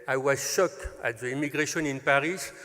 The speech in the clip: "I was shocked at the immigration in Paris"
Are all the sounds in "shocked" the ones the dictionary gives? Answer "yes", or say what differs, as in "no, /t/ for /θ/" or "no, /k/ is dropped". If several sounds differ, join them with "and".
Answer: no, /t/ is dropped